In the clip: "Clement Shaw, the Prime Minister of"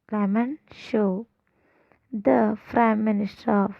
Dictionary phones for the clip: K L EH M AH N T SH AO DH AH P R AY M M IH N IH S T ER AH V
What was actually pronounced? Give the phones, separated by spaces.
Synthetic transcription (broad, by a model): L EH M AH N SH AO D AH F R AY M M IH N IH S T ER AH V